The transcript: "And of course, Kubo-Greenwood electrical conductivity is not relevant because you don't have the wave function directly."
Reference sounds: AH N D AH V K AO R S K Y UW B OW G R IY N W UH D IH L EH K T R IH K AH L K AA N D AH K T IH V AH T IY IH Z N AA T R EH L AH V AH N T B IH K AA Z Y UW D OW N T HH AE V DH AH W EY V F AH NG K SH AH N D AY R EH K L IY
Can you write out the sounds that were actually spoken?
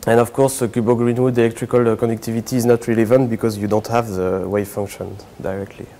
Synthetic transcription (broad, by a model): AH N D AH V K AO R S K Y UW B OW G R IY N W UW D IH L EH K T R IH K AH L K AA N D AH K T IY V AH T IY Z N AA T R EH L AH V AH N T B IH K AA Z Y UW D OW N T HH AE V DH AH W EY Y F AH NG K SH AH N D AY R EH K L IY